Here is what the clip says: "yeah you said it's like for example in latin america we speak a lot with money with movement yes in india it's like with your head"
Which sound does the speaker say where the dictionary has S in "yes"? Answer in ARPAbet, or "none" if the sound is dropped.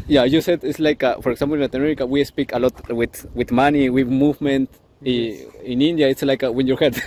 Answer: none